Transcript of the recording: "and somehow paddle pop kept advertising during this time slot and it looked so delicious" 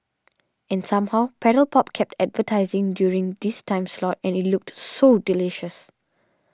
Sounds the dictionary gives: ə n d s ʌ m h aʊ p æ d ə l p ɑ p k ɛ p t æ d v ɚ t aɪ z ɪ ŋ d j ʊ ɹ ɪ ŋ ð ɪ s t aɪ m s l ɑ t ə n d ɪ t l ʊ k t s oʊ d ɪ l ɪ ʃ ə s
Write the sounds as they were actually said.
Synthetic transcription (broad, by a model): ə n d s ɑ m h aʊ p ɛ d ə l p ɑ p k ɛ p t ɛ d v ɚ t aɪ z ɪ ŋ d j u ɹ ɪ ŋ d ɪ s t aɪ m s l ɑ t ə n ɪ t l ʊ k t s oʊ d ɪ l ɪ ʃ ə s